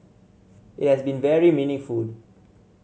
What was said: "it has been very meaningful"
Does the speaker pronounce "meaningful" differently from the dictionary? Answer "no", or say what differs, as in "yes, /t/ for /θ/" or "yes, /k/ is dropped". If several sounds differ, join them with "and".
yes, /ŋ/ is dropped